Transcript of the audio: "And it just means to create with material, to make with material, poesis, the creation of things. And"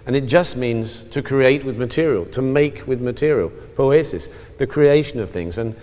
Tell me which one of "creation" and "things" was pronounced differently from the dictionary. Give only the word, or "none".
none